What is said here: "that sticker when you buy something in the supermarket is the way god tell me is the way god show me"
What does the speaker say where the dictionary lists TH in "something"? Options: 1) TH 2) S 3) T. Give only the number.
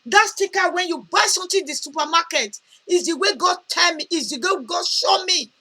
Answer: 3